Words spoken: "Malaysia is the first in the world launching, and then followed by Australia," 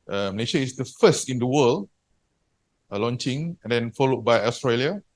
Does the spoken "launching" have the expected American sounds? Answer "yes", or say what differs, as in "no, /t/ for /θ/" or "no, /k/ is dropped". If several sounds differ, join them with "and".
yes